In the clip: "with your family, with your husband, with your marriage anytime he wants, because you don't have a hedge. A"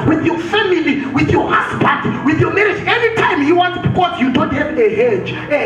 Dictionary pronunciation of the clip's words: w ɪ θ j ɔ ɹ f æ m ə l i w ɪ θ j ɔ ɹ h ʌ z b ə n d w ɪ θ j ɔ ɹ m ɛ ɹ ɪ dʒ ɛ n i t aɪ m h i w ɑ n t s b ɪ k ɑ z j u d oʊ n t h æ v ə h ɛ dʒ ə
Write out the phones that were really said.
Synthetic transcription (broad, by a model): w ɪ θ j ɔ f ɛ m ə l i w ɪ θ j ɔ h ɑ s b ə d w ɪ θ j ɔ m ɛ ɹ ɪ dʒ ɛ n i t aɪ m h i w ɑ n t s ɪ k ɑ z j u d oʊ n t h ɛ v ə h ɛ dʒ